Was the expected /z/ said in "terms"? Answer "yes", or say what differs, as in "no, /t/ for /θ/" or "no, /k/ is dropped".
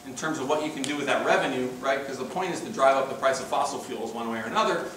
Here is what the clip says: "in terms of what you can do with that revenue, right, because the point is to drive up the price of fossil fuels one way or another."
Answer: yes